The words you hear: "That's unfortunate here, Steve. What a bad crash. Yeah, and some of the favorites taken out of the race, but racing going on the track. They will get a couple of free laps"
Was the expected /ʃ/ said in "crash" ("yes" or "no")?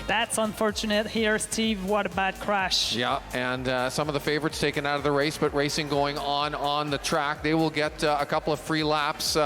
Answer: yes